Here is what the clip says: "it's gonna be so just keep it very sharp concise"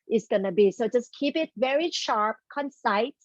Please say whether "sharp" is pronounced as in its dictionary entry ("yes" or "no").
yes